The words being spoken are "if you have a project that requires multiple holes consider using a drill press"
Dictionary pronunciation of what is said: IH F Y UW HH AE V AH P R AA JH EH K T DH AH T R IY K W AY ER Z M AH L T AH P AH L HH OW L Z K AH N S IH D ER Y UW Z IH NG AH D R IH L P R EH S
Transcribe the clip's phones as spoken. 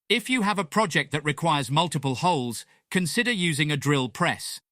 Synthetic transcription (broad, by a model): IH F Y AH V AH P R AA JH EH K DH AH T R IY K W AY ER Z M AH L T AH P AH L HH OW L Z K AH N S IH D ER Y UW Z IH NG AH D R IH L P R EH S